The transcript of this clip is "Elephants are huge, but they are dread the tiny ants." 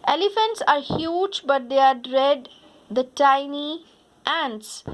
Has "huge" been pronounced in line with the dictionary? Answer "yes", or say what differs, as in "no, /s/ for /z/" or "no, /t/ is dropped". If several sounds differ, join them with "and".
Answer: yes